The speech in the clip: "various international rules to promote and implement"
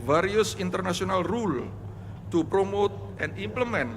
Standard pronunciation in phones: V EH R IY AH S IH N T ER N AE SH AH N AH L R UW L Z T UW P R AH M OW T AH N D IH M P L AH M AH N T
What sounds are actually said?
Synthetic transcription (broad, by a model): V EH R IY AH S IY N T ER N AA S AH N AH L R UW L T UW P R AH M OW T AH N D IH M P L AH M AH N